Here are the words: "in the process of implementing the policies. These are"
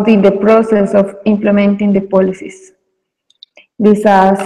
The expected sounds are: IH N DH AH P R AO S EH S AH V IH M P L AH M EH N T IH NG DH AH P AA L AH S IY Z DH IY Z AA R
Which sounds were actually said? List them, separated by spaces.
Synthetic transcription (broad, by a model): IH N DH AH P R AO S EH S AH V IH M P L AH M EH N T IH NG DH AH P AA L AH S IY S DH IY S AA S